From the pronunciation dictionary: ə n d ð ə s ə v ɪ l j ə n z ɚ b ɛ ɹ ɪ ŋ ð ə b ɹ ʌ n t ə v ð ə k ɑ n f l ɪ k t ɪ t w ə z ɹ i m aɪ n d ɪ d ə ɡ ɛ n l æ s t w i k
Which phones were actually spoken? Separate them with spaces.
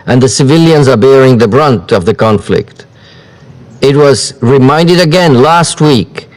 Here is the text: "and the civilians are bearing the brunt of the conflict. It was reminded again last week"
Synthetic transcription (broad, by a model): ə n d ð ə s ə v ɪ l j ə n z ɚ b ɛ ɹ ɪ ŋ ð ə b ɹ ʌ n t ə v ð ə k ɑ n f l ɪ k t ɪ t w ə z ɹ i m aɪ n d ɪ d ə ɡ ɛ n l æ s t w i k